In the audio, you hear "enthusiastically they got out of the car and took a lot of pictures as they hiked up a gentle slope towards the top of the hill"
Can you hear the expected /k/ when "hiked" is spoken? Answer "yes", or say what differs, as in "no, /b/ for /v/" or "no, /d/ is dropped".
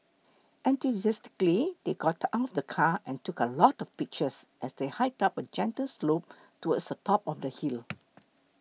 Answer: no, /k/ is dropped